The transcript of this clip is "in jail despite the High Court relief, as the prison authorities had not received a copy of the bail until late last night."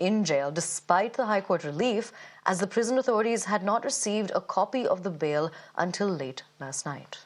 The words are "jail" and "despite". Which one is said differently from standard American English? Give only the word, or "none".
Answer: none